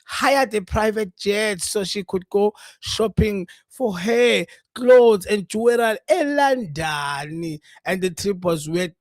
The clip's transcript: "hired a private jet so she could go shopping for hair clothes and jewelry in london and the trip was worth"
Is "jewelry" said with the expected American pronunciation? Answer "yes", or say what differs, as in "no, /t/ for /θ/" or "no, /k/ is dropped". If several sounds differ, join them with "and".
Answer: no, /l/ is dropped